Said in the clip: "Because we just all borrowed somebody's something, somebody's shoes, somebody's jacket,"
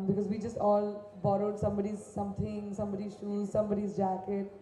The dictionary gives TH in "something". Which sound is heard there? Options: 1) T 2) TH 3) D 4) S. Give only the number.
1